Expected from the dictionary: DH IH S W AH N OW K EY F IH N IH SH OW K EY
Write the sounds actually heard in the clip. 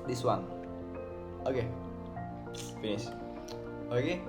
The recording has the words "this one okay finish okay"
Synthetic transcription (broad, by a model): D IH S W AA N OW K EY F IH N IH S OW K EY